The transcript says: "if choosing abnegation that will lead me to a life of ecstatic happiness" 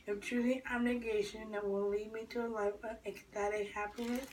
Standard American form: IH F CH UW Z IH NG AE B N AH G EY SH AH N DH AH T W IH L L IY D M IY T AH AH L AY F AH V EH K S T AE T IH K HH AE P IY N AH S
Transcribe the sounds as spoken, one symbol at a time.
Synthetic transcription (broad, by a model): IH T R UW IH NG AE B N AH G EY SH AH N DH AH T W IH L L IY D M IY T AH AH L AY F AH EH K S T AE T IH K HH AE P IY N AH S